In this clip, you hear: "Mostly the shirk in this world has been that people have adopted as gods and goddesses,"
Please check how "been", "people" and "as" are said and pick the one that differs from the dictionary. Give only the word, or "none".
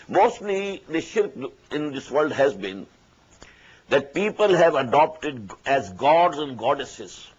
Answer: none